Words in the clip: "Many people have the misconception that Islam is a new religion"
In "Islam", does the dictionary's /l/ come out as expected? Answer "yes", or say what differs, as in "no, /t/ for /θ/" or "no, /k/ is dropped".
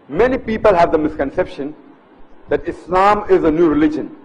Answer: yes